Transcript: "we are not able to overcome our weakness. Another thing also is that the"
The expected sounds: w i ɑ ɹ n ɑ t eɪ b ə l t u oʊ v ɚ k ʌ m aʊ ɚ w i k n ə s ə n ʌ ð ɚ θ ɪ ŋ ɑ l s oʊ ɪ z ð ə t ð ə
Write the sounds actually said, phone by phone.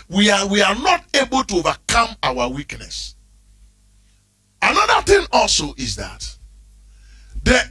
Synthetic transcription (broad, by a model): w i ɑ w n ɑ t eɪ b ə l t u oʊ v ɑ k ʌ m aʊ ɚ w i k n ə s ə n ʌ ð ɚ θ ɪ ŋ ɑ l s oʊ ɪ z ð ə t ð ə